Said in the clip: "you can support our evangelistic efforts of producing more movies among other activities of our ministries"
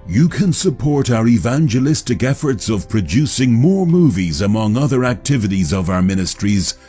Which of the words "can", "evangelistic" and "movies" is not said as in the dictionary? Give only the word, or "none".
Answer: none